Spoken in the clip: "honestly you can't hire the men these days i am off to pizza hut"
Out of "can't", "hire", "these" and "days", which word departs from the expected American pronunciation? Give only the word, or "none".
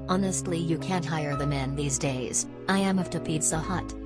none